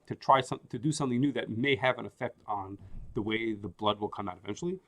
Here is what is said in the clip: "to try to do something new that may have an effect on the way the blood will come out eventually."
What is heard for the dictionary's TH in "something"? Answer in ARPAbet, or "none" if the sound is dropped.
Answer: TH